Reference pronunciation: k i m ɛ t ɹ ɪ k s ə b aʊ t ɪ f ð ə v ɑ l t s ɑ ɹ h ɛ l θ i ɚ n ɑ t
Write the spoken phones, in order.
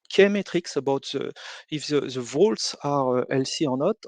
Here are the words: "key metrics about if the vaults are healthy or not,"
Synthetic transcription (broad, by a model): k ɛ m ɛ t ɹ ɪ k s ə b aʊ t ɪ f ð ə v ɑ l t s ɑ ɹ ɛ l s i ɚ n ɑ t